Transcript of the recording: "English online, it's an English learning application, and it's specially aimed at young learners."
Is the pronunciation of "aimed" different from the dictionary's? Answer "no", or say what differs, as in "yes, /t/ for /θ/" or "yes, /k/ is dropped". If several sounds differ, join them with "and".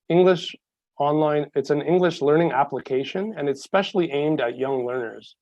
no